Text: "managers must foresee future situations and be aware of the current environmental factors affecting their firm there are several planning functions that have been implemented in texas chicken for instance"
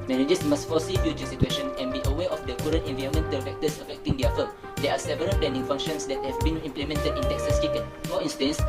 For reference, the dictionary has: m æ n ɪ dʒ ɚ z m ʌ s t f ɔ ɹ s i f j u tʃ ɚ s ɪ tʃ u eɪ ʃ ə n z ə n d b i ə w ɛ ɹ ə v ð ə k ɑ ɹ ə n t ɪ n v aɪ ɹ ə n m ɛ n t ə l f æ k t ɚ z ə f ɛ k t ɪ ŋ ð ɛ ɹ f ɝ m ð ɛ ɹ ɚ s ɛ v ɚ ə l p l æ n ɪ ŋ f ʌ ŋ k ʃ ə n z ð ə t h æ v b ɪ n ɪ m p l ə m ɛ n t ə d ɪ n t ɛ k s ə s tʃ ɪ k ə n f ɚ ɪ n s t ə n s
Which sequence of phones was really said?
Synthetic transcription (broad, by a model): m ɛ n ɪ dʒ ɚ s m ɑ s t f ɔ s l i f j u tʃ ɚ s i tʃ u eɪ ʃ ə n ə n b i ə w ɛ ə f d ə k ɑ ɹ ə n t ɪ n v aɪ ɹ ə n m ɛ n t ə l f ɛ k t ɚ s ə f ɛ k t ɪ ŋ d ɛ f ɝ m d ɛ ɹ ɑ s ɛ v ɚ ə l p l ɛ n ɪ ŋ f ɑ ŋ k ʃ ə n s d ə t h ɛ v b ɪ n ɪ m p l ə m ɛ n t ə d ɪ n t ɛ k s ə s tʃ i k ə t f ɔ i n s t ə n s